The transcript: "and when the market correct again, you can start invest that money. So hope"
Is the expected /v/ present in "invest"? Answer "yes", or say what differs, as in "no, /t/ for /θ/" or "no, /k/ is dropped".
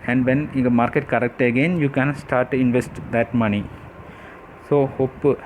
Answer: yes